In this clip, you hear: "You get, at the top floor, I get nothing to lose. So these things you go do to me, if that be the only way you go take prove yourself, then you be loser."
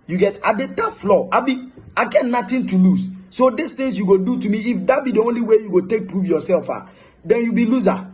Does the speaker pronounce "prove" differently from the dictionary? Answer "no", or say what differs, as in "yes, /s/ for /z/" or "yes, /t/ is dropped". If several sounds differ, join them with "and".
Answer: yes, /f/ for /v/